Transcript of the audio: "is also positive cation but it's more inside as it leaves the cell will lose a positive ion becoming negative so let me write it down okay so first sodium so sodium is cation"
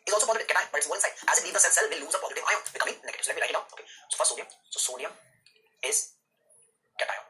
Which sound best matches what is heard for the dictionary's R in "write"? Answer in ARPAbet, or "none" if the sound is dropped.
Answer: L